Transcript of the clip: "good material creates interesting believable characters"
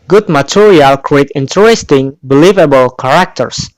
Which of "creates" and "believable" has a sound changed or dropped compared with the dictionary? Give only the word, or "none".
creates